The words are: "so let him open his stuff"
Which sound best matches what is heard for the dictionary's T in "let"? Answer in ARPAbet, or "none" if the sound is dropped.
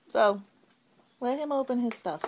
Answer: none